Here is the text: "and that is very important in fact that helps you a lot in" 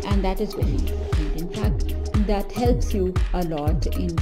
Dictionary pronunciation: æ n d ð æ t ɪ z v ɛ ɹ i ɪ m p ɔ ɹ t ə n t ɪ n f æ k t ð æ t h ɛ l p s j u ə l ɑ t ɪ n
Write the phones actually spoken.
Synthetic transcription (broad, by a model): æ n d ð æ t ɪ z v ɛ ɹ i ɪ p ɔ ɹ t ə t ɪ n f æ k t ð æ t h ɛ l p s j u ə l ɑ t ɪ n